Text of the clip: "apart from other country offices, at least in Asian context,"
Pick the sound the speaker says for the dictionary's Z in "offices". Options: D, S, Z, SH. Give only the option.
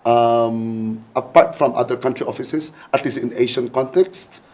S